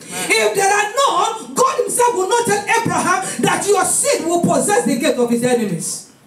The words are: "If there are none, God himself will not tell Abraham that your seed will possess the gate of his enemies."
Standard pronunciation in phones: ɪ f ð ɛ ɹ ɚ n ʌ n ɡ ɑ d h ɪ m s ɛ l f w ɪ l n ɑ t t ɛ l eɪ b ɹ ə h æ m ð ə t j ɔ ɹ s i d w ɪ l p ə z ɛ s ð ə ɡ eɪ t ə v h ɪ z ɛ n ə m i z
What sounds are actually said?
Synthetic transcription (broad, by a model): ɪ f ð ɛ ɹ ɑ n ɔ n ɡ ɑ d h ɪ m s ɛ l f w ɪ l n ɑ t t ɛ l eɪ b ɹ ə h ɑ m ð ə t j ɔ s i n w ɪ l p ə z ɛ s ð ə ɡ eɪ t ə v h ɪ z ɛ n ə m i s